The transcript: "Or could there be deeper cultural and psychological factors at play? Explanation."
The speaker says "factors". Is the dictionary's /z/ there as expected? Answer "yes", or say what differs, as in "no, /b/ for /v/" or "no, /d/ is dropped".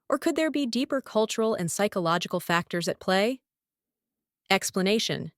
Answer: yes